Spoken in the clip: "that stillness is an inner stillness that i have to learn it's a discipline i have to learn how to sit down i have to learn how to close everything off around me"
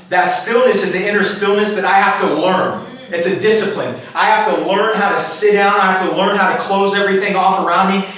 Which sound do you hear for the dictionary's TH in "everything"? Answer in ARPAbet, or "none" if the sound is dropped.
TH